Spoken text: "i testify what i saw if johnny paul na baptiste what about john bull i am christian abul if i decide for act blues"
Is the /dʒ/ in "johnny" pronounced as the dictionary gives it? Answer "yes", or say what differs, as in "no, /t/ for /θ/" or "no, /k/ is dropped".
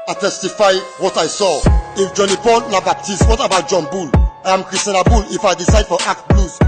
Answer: yes